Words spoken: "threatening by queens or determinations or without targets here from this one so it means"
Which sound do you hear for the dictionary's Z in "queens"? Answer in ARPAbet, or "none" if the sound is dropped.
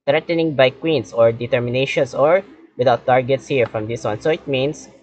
S